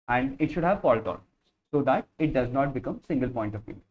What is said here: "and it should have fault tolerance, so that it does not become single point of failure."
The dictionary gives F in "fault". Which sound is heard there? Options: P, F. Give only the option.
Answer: P